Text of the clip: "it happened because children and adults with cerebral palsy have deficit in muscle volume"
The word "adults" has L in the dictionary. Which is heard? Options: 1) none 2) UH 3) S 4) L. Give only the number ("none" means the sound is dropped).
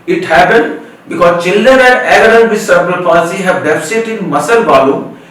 1